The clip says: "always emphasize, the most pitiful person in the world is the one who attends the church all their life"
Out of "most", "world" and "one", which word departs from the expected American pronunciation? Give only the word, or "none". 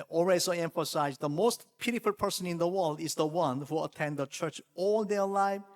none